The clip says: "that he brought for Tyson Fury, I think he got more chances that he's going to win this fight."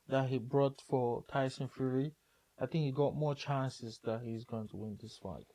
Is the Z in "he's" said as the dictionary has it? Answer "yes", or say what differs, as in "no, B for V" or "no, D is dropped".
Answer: yes